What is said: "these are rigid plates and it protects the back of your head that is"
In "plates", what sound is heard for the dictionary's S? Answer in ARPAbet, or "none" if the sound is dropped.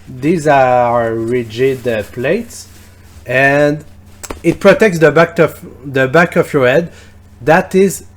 S